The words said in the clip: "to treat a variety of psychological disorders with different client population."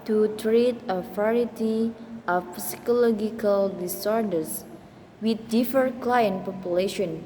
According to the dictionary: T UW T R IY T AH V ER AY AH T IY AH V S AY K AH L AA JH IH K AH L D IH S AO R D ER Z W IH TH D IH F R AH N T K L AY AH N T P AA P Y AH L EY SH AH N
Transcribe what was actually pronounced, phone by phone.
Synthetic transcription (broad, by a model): T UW T R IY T AH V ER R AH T IY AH F S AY K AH L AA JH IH K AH L D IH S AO R D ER S W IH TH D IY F AH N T K L AY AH N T P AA P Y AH L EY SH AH N